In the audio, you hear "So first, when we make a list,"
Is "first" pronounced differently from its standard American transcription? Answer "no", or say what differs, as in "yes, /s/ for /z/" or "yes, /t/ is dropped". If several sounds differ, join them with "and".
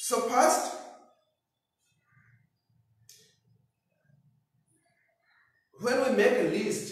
yes, /p/ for /f/